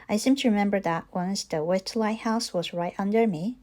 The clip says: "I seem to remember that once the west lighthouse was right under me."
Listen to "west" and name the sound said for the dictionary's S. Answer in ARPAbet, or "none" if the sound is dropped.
none